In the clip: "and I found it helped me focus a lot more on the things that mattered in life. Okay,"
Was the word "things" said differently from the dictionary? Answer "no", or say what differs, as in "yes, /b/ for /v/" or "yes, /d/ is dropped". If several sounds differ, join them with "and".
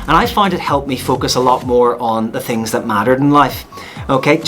no